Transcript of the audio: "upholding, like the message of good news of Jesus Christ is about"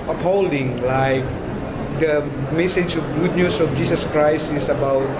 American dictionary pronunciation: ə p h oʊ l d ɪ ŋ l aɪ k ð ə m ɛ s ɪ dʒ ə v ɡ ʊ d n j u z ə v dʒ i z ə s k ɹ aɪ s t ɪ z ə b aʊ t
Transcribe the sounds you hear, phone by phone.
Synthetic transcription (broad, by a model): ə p h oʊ l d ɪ ŋ l aɪ k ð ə m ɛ s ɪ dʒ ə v ɡ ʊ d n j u s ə f dʒ i s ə s k ɹ aɪ s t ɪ s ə b aʊ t